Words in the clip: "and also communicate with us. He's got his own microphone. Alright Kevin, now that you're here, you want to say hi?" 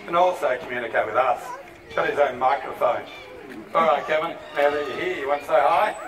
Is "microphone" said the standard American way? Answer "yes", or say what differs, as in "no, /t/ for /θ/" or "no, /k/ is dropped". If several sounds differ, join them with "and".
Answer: yes